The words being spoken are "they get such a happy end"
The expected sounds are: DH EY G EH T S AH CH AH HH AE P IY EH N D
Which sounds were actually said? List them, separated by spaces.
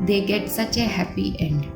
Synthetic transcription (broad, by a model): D EY G EH T S AH CH AH HH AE P IY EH N D